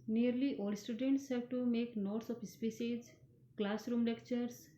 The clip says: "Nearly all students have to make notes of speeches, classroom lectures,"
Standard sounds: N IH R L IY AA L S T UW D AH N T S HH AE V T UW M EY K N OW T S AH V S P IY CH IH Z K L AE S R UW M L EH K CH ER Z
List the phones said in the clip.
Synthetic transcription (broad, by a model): N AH R L IY AA L S T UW D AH N T S HH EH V T UW M EY K N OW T S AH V S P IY S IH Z K L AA S R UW M L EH K CH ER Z